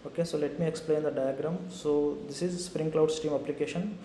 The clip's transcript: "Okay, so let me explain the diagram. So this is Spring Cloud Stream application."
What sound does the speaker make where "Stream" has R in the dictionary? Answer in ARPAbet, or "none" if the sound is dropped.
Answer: none